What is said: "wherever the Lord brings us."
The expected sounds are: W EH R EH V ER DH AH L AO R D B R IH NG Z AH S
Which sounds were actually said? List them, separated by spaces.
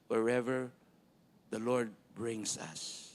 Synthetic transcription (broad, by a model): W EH R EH V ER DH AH L AO R D B R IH NG S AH S